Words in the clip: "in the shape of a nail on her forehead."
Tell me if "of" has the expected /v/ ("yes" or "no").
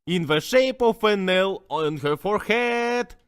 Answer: no